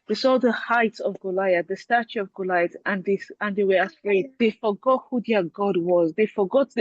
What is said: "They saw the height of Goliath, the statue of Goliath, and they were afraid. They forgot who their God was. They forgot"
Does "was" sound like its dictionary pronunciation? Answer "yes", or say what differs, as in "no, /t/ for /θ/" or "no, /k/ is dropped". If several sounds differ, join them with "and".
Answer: yes